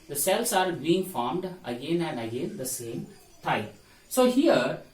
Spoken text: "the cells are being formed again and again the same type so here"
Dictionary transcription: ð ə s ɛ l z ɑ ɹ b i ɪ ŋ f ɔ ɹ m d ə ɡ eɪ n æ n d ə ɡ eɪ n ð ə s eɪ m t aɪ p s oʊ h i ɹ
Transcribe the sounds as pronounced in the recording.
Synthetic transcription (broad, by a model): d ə s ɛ l s ɑ ɹ b i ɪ ŋ f ɔ ɹ m d ə ɡ eɪ n æ n d ə ɡ eɪ n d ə s eɪ m t aɪ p s oʊ h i ɹ